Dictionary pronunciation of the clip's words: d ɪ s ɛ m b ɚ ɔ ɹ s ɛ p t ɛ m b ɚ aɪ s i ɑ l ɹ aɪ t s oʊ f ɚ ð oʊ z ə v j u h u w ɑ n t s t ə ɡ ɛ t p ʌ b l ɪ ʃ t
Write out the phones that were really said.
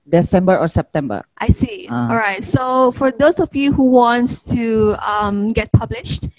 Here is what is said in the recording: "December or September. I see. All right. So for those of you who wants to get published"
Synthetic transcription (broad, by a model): d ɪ s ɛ m b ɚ ɔ ɹ s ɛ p t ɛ m b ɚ aɪ s i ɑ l ɹ aɪ t s oʊ f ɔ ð oʊ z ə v j u h u w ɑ n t t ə ɡ ɛ t p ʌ b l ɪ ʃ t